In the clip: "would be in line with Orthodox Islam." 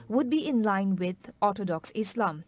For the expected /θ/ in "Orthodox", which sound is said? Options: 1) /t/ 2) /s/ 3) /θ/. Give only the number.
1